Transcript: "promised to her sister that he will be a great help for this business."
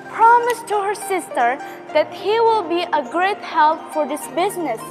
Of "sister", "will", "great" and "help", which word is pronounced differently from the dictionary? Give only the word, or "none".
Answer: none